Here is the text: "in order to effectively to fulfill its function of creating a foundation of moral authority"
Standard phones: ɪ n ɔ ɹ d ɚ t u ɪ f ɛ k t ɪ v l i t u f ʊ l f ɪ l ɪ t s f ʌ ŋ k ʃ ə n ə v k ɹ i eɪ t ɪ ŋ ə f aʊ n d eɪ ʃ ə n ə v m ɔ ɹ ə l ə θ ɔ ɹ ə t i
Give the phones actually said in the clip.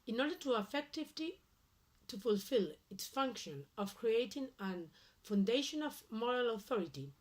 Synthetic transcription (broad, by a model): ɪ n ɔ ɹ d ɚ t u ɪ f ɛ k t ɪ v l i t u f ʊ l f ɪ l ɪ t s f ʌ ŋ k ʃ ə n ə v k ɹ i eɪ t ɪ ŋ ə f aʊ n d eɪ ʃ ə n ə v m ɔ ɹ ə l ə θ ɔ ɹ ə t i